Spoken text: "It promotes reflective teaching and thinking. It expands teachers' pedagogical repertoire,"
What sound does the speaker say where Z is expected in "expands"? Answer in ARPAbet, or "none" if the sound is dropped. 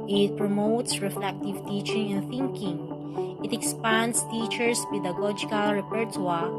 S